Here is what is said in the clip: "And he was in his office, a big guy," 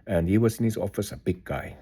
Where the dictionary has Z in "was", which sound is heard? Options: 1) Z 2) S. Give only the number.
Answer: 2